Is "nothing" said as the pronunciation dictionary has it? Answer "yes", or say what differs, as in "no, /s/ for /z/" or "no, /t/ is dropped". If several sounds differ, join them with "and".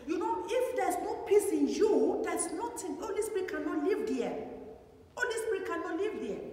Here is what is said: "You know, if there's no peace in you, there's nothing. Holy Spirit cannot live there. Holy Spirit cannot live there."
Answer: no, /t/ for /θ/